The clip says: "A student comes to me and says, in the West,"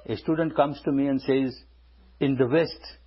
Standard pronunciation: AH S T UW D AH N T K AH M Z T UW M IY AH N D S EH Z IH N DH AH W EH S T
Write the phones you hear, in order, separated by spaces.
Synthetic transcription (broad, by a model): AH S T UW D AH N T K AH M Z T UW M IY AH N D S EH Z IH N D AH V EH S T